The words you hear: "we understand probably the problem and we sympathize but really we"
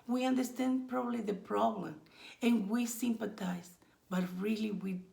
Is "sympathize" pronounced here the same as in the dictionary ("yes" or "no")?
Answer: no